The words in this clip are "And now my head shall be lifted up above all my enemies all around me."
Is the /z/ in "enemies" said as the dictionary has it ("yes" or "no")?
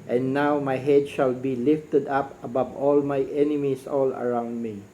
no